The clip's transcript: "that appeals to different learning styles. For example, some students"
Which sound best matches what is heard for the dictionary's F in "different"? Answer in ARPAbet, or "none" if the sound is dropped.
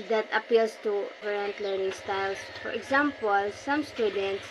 none